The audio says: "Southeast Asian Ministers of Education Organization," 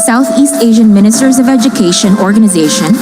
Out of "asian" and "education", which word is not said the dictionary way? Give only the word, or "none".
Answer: none